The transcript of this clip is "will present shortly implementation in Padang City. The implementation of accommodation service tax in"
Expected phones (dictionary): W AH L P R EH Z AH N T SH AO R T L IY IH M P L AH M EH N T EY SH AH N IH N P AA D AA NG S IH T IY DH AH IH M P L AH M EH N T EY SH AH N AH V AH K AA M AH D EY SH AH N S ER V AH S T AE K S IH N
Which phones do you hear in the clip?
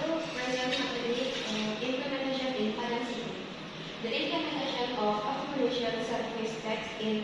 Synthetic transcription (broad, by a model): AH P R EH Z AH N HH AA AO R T IY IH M P L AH M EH N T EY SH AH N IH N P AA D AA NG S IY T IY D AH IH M P L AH M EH N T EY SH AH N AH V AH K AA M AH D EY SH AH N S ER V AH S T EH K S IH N